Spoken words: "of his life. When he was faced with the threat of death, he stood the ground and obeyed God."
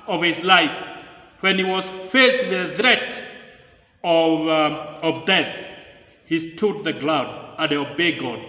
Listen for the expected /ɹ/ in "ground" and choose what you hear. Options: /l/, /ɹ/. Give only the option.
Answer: /l/